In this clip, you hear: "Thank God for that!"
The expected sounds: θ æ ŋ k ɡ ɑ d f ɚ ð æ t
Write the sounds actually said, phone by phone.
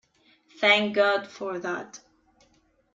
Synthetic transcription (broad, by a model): θ æ ŋ k ɡ ɑ d f ɚ ð æ t